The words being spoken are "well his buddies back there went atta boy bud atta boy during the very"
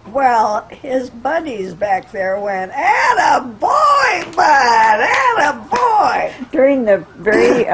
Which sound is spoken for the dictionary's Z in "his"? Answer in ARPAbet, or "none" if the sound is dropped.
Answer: Z